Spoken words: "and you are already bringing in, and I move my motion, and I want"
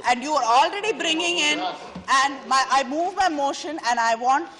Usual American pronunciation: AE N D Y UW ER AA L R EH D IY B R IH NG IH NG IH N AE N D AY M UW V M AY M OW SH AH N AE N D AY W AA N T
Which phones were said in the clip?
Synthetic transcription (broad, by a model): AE N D Y UW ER AA L R EH D IY B R IH NG IH NG IH N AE N D AY M UW V M AY M OW SH AH N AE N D AY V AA N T